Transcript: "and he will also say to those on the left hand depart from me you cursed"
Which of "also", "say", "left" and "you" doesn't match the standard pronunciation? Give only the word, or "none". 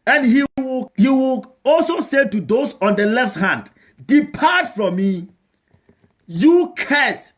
none